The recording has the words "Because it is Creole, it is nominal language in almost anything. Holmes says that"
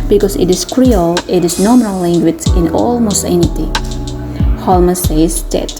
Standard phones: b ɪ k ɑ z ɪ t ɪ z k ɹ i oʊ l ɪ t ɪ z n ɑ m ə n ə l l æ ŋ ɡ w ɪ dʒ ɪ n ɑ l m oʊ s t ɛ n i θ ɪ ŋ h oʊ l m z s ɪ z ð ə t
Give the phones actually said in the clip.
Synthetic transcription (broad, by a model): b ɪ k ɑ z ɪ t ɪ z k ɹ i oʊ l ɪ t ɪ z n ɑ m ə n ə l l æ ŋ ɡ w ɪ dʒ ɪ n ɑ l m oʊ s ɛ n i t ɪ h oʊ l m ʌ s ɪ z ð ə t